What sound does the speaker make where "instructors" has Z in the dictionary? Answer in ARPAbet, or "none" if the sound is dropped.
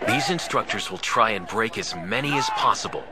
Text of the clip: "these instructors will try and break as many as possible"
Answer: Z